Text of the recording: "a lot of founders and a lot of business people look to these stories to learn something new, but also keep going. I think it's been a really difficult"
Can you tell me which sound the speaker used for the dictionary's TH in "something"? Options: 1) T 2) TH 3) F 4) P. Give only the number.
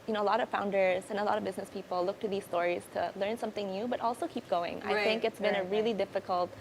2